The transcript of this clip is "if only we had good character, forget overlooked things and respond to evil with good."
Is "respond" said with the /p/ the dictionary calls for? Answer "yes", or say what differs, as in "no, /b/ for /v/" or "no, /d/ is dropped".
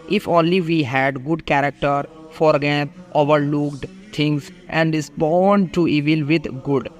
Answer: no, /b/ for /p/